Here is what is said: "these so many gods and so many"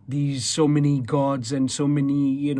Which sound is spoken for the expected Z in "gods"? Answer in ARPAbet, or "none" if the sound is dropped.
Z